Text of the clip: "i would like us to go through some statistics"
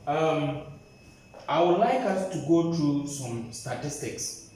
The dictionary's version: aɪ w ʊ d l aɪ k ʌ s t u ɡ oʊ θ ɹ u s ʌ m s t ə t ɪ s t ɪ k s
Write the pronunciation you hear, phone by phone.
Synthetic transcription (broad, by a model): aɪ w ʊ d l aɪ k ʌ s t u ɡ oʊ t ɹ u s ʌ m s t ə t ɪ s t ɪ k s